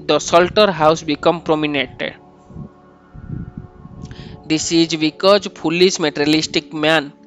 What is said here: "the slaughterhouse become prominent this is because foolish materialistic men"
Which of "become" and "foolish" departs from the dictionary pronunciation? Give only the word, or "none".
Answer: foolish